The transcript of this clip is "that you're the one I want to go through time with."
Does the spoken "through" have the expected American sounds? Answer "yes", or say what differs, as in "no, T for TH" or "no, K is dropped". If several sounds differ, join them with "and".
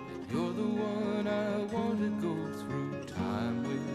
yes